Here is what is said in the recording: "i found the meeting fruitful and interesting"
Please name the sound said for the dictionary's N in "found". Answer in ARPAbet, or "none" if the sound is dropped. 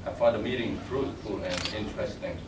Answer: none